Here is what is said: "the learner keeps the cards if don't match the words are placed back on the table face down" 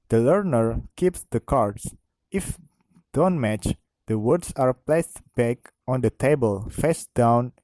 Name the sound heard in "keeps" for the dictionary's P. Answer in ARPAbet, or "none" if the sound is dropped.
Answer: P